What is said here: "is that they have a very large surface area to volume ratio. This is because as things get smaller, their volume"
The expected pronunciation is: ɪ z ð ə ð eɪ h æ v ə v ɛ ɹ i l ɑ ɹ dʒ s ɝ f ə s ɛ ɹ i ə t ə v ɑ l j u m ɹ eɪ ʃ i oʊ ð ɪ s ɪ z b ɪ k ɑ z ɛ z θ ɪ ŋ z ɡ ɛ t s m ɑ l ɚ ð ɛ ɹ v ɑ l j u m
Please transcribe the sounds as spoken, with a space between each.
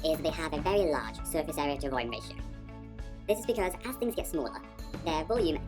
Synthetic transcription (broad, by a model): ɪ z ð ə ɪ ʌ v ə v ɛ ɹ i l ɑ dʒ s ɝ f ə s ɛ ɹ i ə t ə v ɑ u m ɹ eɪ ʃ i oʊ ð ɪ s ɪ z b ɪ k ɑ z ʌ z θ ɪ ŋ z ɡ ɛ t s m ɑ l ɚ ð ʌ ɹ v ɑ l j u m